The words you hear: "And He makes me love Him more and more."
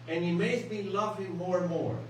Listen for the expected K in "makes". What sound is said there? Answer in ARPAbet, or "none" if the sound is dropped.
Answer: none